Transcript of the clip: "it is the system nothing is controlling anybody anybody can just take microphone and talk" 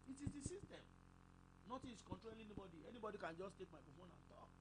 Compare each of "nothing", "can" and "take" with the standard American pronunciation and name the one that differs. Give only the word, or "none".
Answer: nothing